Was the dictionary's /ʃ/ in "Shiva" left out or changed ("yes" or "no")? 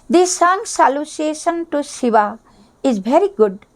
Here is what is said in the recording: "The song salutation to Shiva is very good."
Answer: yes